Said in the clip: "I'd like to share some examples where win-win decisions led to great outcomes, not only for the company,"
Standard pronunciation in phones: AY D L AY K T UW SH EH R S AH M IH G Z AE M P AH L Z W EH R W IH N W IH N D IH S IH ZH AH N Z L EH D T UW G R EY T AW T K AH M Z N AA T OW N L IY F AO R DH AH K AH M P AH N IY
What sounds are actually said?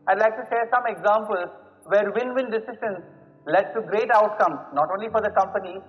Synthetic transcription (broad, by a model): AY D L AY K T UW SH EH S AH M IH G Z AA M P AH L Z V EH R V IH N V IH N D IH S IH SH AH N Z L EH D T UW G R EY T AW T K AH M N AA T OW N L IY F AO R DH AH K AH M P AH N IY